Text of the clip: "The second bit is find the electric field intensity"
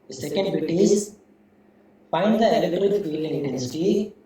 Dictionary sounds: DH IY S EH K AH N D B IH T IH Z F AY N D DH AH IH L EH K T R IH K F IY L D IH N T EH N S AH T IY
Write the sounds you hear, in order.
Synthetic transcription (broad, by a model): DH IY S EH K AH N D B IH T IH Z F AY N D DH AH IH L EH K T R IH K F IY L IH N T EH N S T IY